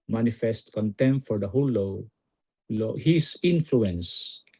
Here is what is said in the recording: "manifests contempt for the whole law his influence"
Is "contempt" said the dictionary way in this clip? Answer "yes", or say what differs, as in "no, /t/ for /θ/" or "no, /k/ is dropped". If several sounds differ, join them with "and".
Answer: no, /p/ is dropped